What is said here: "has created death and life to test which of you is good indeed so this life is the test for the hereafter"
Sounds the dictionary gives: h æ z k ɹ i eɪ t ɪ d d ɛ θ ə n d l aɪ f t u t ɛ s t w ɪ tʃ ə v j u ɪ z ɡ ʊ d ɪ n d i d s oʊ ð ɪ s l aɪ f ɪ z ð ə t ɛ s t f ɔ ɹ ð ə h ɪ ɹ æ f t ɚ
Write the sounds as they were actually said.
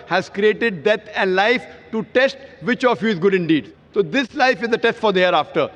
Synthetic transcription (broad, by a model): h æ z k ɹ i eɪ t ɪ d d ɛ t ə n d l aɪ f t u t ɛ s t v ɪ tʃ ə f j u ɪ z ɡ ʊ d ɪ n d i d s oʊ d ɪ s l aɪ f ɪ z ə t ɛ s t f ɔ ɹ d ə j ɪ ɹ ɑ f t ɚ